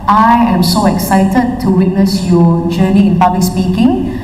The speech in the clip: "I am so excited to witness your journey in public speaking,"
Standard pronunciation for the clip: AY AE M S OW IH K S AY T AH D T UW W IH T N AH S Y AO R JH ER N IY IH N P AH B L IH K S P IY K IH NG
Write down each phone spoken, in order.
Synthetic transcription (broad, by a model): AY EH M S OW IH K S AY T AH D T UW W IH T N AH S Y AO JH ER N IY IH N P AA B L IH K S P IY K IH NG